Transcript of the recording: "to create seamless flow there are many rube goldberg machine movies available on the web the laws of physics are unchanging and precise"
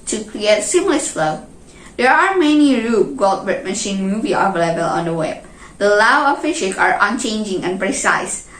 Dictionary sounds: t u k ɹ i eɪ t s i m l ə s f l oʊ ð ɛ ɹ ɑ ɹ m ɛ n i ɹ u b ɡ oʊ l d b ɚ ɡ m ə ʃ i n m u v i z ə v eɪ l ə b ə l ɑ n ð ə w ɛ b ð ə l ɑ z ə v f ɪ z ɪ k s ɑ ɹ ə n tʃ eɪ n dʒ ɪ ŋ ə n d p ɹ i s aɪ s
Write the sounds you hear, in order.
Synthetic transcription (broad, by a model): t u k ɹ i eɪ t s i m l ə s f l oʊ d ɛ ɹ ɑ ɹ m ɛ n i ɹ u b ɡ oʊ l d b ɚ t m ə ʃ i n m u v i ə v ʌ l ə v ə l ɑ n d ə w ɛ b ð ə l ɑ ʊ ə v f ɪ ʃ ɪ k ɑ ɹ ə n tʃ eɪ n dʒ ɪ ŋ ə n p ɹ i s aɪ s